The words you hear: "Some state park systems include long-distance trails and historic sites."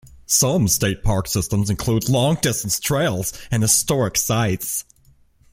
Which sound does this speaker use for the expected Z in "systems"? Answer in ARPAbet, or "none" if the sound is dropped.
Z